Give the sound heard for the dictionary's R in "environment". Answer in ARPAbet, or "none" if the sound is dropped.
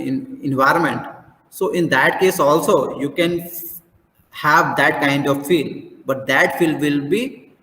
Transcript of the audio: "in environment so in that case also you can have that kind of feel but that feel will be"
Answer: R